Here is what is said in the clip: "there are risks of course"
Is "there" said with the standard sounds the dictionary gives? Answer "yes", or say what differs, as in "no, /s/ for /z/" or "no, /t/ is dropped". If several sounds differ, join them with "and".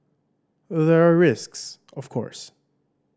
yes